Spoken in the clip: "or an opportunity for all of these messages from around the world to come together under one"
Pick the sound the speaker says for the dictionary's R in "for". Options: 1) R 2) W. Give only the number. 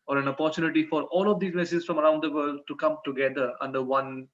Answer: 1